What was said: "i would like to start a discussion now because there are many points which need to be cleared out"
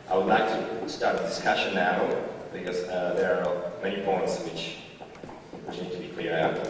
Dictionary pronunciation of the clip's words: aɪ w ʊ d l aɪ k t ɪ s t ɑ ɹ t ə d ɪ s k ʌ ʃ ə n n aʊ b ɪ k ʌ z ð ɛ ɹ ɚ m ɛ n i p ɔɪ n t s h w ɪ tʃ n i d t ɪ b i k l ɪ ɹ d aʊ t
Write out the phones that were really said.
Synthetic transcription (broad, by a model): aɪ w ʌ d l aɪ k t ɪ s t ɑ ɹ t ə d ɪ s k ʌ ʃ ə n n aʊ b ɪ k ʌ z ð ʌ ɹ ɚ m ɛ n i p ɔɪ n t s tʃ w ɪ tʃ n i d t ɪ b i k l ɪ ɹ aʊ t